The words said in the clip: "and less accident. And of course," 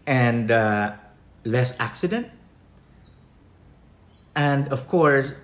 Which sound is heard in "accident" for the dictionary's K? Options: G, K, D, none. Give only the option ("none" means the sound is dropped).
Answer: K